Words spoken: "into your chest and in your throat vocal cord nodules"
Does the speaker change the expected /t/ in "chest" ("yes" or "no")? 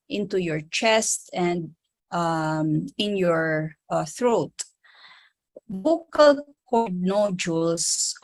no